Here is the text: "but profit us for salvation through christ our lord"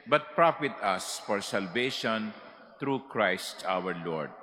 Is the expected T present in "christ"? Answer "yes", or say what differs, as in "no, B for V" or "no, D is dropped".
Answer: yes